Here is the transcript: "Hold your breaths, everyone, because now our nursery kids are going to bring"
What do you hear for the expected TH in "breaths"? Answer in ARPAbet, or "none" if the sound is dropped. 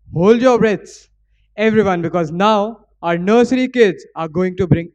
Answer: T